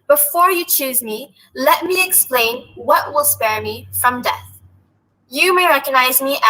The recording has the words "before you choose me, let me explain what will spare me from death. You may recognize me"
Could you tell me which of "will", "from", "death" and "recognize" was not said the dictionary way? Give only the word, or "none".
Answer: none